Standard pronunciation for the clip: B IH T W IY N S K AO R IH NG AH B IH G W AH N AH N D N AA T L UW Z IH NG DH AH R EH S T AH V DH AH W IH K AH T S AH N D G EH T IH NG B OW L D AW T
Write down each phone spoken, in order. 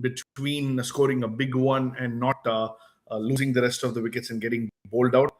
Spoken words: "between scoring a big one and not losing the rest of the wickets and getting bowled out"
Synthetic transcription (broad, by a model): B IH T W IY N S K AO R IH NG AH B IH G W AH N AH N D N AA T L UW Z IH NG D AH R EH S T AH V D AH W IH K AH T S AH N D G EH T IH NG B OW L D AW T